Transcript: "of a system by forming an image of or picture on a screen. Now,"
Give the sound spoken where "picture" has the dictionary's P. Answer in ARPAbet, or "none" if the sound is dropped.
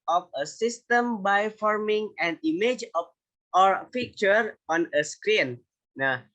F